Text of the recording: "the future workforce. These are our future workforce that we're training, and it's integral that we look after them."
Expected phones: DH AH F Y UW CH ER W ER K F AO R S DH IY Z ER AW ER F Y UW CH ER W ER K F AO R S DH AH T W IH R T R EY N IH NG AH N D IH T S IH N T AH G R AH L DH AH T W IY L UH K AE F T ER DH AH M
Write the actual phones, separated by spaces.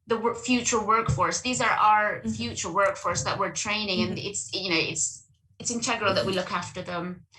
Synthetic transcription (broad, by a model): DH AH F Y UW CH ER W ER K F AO R S DH IY Z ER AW ER F Y UW CH ER W ER K F AO R S DH AH T W IH R T R EY N IH NG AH N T IH T S IH N T AH G R AH L DH AH T W IY L UH K AE F T ER DH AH M